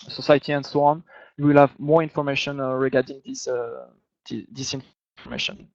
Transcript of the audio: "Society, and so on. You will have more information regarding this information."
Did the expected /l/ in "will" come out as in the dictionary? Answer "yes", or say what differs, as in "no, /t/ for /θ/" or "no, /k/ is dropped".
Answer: yes